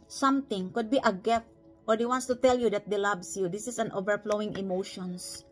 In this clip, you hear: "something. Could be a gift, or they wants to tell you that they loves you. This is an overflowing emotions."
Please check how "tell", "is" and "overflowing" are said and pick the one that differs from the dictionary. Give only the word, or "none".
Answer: is